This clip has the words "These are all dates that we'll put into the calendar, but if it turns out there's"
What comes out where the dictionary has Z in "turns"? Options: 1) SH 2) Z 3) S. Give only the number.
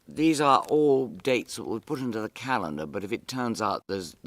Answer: 2